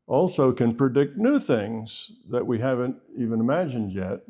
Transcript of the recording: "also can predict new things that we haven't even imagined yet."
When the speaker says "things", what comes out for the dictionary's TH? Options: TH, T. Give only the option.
TH